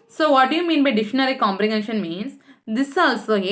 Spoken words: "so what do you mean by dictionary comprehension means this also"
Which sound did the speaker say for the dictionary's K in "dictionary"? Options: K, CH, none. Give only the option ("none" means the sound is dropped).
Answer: none